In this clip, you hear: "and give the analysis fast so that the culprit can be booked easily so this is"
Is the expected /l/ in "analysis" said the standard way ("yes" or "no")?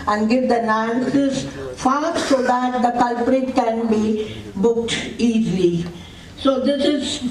no